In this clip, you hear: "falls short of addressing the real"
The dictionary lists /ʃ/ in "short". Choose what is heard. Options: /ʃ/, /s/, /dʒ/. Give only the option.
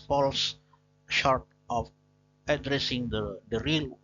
/ʃ/